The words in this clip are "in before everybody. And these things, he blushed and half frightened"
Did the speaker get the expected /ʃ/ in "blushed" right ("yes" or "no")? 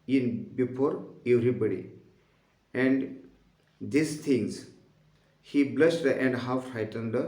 no